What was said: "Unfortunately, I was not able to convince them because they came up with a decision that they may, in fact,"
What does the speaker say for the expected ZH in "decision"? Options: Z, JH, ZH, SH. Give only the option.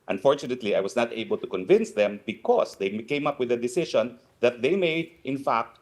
SH